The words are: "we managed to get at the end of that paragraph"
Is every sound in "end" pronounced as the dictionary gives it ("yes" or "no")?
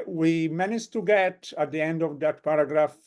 yes